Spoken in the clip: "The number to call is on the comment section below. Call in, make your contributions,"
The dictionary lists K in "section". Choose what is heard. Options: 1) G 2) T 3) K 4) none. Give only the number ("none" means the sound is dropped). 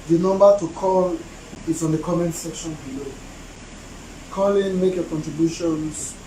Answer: 3